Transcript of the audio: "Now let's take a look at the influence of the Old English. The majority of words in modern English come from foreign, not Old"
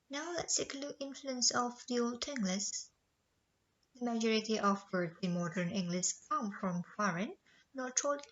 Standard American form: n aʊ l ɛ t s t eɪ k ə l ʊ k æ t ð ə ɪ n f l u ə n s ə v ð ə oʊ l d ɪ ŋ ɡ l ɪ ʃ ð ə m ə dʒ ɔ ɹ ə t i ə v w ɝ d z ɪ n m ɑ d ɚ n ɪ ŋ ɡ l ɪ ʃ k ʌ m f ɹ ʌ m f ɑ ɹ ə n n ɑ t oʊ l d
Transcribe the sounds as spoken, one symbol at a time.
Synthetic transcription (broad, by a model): n aʊ l ɛ t s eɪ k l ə ɪ n f l u ə n s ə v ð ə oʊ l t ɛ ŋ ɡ l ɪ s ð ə m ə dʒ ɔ ɹ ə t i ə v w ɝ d ɪ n m ɑ d ɚ n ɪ ŋ ɡ l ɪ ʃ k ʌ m f ɹ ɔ m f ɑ ɹ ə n n ɑ t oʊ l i